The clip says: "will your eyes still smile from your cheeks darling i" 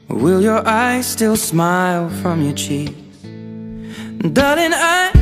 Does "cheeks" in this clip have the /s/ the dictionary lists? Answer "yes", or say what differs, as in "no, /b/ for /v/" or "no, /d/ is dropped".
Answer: no, /s/ is dropped